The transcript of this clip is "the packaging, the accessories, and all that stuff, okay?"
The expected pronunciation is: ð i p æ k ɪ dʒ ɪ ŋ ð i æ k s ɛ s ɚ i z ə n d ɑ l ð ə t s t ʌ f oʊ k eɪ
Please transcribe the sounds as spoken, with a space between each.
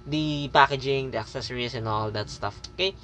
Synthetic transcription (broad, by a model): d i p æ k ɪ dʒ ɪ ŋ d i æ k s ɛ s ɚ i s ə n ɑ l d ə t s t ʌ f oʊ k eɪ